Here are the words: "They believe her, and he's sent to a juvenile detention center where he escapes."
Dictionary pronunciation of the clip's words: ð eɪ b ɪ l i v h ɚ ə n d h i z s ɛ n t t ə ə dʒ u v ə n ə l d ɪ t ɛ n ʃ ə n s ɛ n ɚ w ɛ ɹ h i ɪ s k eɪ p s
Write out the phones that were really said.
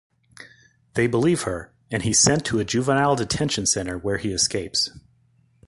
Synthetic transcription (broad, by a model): ð eɪ b ɪ l i v h ɚ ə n i s ɛ n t t ə ə dʒ u v ə n ə l d ɪ t ɛ n ʃ ə n s ɛ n ɚ w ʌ ɹ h i ɪ s k eɪ p s